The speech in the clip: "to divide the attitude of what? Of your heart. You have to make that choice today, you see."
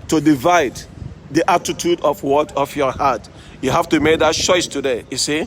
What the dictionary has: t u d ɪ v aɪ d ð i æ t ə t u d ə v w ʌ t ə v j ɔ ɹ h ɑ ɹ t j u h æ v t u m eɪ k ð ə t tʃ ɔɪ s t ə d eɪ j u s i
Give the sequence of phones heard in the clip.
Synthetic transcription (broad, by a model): t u d ɪ v aɪ d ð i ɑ t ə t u d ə f w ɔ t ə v j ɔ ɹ h ɑ t j u h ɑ f t u m eɪ k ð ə t tʃ ɔɪ s t ə d eɪ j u s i